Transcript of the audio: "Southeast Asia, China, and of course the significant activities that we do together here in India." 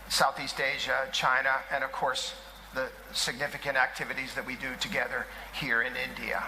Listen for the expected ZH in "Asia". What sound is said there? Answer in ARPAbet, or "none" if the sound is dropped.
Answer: ZH